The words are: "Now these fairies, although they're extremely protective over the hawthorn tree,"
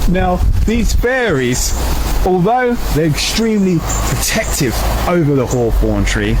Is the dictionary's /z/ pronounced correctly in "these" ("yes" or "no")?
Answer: yes